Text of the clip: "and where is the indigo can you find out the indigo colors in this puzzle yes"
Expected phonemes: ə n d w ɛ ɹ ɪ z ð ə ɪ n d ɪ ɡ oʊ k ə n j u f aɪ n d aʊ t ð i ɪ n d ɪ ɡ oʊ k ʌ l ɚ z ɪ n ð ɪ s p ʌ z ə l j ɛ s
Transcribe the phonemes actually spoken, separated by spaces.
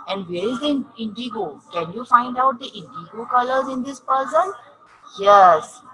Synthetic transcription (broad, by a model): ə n d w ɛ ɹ ɪ z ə ɪ n d ɪ ɡ oʊ k ə n j u f aɪ n d aʊ t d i ɪ n d ɪ ɡ oʊ k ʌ l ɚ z ɪ n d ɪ s p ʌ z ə n j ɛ s